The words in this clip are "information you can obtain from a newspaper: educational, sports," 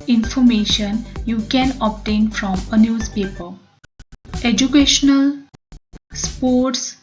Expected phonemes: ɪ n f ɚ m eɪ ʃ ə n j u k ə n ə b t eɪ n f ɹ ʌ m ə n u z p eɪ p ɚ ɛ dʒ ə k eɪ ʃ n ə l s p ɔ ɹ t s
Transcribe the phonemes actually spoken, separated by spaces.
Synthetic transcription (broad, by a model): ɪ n f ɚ m eɪ ʃ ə n j u k ə n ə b t eɪ n f ɹ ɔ m ə n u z p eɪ p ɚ ɛ dʒ ə k eɪ ʃ n ə l s p ɔ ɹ t s